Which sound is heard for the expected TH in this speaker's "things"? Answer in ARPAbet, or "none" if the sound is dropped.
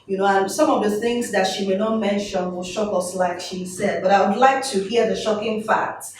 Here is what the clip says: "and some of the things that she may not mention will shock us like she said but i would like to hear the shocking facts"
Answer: TH